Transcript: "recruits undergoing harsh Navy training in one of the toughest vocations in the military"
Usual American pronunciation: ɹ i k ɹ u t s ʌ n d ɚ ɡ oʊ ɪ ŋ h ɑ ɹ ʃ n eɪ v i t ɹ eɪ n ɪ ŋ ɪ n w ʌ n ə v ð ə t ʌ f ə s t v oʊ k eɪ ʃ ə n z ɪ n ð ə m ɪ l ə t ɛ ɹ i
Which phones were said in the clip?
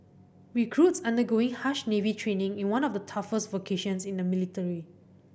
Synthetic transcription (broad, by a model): ɹ i k ɹ u t s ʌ n d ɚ ɡ oʊ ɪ ŋ h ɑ ʃ n eɪ v i t ɹ eɪ n ɪ ŋ ɪ n w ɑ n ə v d ə t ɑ f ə s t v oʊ k eɪ ʃ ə n s ɪ n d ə m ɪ l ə t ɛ ɹ i